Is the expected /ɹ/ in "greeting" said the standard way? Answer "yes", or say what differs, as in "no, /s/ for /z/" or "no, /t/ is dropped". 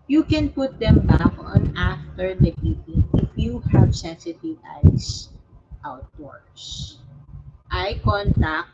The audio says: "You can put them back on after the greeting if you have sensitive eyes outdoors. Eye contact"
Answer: no, /ɹ/ is dropped